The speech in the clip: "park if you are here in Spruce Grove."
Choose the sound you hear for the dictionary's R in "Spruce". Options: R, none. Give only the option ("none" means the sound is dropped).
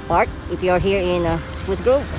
none